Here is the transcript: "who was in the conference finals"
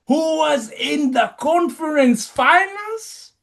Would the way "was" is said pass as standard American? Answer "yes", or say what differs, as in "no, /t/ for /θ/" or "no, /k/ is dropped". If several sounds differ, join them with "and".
yes